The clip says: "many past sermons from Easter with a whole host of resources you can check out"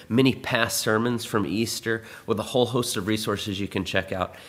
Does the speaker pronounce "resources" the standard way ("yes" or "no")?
yes